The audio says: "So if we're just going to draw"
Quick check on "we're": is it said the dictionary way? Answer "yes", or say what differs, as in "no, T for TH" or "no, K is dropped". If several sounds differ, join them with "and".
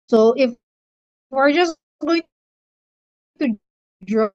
yes